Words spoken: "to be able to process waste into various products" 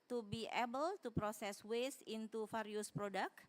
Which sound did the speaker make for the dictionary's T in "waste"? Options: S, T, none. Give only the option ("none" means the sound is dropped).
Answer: none